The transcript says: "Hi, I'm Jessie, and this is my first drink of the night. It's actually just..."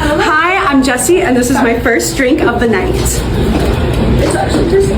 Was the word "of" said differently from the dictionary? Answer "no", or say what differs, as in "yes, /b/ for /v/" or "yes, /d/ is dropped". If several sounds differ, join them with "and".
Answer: no